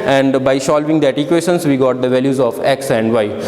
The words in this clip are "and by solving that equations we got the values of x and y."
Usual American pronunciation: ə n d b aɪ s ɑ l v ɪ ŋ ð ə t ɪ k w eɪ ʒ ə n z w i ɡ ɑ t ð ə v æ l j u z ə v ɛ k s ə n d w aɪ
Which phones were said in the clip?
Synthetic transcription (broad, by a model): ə n d b aɪ ʃ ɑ l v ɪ ŋ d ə t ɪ k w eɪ ʃ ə n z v i ɡ ɑ t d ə v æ l j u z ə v ɛ k s ə n d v aɪ